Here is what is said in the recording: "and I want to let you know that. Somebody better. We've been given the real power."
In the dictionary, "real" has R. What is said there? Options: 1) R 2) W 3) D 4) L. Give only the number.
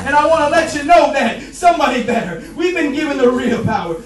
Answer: 1